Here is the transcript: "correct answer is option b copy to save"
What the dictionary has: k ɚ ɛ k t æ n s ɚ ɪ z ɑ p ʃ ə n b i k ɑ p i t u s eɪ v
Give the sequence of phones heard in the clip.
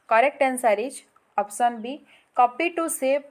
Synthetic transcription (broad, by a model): k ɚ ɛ k t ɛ n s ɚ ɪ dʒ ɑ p s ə n b i k ɑ p i t u s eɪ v